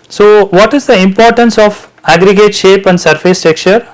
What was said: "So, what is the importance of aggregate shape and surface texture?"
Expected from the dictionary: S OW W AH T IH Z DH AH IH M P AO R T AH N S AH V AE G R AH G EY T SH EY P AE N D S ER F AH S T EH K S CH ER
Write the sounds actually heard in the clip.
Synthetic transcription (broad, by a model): S OW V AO T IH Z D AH IH M P AO R T AH N S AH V AE G R AH G EY T SH EY P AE N D S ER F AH S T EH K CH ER